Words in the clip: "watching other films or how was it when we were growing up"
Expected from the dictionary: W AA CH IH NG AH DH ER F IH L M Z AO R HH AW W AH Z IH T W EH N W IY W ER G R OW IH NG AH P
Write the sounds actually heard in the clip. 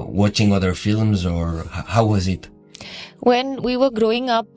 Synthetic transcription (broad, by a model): W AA CH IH NG AH DH ER F IH L M Z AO R HH AW W AH Z IH T W EH N W IY W ER G R OW IH NG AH P